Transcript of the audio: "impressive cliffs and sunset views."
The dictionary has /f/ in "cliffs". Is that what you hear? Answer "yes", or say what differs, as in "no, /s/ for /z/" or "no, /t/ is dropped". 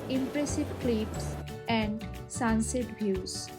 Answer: no, /p/ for /f/